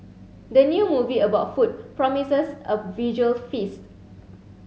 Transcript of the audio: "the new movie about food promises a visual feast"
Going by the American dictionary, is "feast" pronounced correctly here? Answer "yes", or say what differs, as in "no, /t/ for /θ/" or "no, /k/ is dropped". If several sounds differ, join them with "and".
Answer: yes